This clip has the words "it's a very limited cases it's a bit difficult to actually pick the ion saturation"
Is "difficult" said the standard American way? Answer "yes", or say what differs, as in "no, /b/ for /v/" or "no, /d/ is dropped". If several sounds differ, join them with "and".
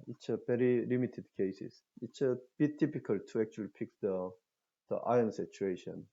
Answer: no, /p/ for /f/